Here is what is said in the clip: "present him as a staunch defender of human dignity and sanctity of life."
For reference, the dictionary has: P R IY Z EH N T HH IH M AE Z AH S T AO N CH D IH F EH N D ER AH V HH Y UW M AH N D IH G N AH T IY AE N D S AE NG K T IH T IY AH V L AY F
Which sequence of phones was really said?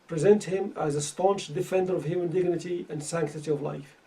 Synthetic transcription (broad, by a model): P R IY Z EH N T HH IH M AE Z AH S T AO N CH D IH F EH N D ER AH V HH Y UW M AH N D IH G N AH T IY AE N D S AE NG K T IH T IY AH V L AY F